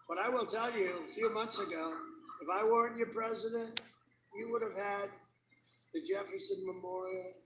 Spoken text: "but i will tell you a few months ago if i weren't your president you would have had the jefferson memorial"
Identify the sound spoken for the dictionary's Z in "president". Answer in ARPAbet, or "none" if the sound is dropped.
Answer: Z